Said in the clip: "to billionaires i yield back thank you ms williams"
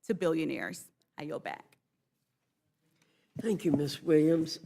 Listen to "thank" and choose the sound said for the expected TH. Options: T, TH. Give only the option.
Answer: TH